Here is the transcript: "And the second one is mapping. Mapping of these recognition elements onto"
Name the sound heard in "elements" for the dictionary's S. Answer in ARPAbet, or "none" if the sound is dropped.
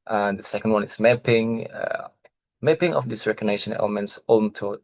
S